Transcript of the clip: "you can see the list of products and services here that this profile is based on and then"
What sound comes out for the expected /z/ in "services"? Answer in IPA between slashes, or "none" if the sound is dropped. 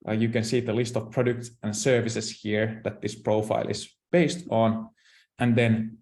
/s/